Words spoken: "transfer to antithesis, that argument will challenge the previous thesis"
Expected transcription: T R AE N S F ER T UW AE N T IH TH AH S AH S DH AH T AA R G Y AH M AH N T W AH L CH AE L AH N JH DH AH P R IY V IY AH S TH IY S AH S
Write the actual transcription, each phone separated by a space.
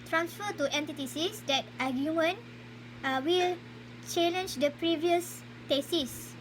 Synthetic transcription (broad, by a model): T R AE N S F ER T UW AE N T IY T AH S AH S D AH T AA G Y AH M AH N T W AH L CH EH L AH N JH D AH P R IY V IY AH S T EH S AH S